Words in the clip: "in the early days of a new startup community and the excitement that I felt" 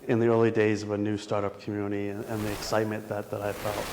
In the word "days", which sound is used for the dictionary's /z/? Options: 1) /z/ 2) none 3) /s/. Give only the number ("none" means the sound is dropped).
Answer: 1